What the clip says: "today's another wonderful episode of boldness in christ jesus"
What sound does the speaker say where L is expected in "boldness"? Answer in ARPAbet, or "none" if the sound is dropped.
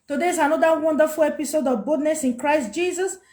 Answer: none